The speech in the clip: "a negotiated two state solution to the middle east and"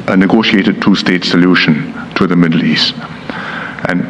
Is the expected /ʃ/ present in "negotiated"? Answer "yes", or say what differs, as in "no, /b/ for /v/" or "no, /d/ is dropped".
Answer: yes